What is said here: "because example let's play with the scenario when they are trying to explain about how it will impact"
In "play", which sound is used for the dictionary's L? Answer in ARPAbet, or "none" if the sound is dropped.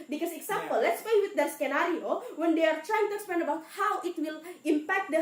none